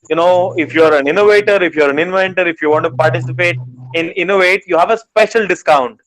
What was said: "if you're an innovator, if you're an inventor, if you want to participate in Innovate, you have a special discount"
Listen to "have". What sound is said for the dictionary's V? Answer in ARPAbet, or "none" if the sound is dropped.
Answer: V